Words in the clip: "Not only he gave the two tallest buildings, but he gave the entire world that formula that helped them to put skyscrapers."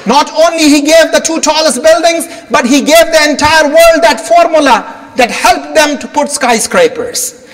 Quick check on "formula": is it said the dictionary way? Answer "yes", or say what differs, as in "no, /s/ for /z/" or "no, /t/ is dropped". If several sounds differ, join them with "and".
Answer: yes